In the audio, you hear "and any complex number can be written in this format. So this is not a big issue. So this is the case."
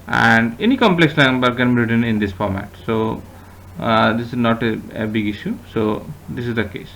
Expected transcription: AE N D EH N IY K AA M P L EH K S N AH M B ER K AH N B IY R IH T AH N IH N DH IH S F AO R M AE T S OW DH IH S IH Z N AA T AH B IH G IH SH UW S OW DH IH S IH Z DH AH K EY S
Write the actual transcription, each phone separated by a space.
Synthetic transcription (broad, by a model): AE N D EH N IY K AA M P L EH K S L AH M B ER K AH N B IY R IH T AH N IH N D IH S F AO R M AE T S OW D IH S IH Z N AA T AH B IH G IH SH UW S OW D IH S IH Z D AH K EY S